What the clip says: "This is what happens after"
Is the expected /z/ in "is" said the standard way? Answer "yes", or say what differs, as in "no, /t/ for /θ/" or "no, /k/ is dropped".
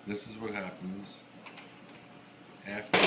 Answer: yes